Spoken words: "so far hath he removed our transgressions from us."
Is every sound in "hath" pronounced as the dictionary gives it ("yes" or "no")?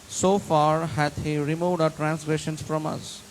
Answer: no